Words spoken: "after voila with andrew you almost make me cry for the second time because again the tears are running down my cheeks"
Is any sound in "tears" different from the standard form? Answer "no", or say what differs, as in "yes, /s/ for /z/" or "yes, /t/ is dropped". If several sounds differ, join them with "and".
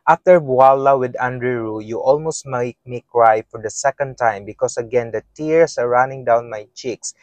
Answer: yes, /s/ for /z/